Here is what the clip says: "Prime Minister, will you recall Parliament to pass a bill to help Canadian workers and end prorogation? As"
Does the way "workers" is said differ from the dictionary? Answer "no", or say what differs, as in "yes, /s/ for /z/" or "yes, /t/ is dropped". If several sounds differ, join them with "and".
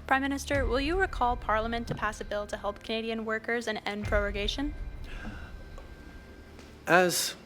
no